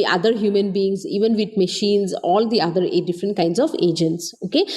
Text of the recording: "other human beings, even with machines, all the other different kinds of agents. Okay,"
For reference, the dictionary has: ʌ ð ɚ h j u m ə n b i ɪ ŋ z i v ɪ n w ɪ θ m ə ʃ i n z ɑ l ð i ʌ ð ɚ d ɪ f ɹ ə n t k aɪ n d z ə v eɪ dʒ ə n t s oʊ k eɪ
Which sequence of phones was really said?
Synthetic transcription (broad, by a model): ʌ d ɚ h j u m ə n b i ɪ ŋ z i v ɪ n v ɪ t m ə ʃ i n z ɑ l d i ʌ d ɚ d ɪ f ɹ ə n t k aɪ n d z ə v eɪ dʒ ə n t s oʊ k eɪ